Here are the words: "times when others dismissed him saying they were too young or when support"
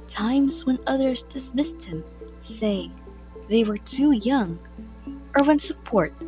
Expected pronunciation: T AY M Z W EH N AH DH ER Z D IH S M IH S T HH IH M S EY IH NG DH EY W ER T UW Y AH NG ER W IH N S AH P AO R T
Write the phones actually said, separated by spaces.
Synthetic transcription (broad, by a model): T AY M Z W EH N AH DH ER Z D IH S M IH S T HH IH M S EY IH NG DH EY W ER T UW Y AH NG ER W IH N S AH P AO R T